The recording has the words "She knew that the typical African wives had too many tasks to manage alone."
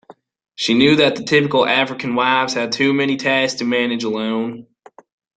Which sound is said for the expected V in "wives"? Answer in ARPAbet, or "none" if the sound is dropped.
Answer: V